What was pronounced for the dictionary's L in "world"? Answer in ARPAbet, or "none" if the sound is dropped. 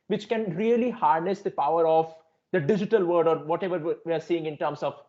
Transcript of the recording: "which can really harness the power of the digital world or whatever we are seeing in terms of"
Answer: none